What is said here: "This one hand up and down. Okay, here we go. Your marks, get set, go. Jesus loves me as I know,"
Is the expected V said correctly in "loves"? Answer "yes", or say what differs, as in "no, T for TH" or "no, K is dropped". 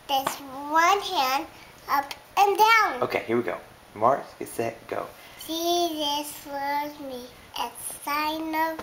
no, V is dropped